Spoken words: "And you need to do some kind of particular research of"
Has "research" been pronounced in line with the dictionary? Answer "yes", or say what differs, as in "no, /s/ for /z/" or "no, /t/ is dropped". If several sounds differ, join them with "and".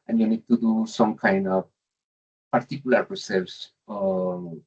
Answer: no, /s/ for /tʃ/